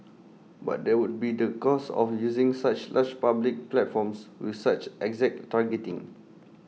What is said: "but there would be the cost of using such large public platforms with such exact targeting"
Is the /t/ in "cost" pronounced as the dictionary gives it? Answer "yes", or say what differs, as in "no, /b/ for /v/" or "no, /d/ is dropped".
no, /t/ is dropped